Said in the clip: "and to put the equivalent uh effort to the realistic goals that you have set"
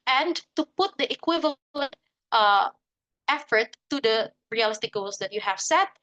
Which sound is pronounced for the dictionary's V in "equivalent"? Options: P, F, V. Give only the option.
V